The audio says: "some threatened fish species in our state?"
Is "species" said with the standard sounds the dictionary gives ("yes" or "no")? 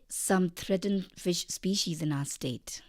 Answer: yes